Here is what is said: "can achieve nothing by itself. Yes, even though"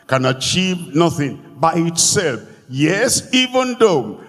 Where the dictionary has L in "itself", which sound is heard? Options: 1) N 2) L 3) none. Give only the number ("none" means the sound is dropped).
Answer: 2